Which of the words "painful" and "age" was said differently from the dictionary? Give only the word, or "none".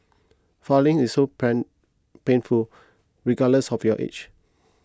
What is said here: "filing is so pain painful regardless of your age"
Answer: age